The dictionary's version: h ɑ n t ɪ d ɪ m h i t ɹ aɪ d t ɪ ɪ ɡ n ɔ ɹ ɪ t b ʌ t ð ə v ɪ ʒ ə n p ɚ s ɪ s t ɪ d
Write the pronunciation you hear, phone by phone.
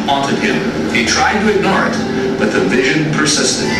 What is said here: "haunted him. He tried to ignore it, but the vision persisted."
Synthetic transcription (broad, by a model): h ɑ n t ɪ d ɪ m h i t ɹ aɪ d t ɪ ɪ ɡ n ɔ ɹ ɪ t b ʌ t ð ə v ɪ ʒ ə n p ɚ s ɪ s t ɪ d